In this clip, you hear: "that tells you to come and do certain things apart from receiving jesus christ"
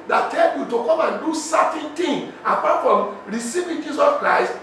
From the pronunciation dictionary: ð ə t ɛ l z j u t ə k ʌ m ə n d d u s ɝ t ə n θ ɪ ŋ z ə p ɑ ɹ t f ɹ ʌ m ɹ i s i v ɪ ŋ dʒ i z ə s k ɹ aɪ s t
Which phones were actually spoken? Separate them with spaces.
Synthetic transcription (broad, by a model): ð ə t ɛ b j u t ə k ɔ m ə n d d u s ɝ t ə n t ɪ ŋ ə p ɑ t f ɹ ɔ m ɹ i s i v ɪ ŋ dʒ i s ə s k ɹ aɪ s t